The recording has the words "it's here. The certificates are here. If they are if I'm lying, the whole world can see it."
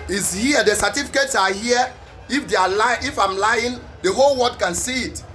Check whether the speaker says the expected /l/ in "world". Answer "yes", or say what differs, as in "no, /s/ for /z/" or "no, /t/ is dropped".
no, /l/ is dropped